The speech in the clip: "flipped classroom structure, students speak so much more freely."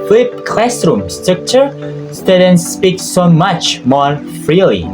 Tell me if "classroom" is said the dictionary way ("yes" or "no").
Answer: yes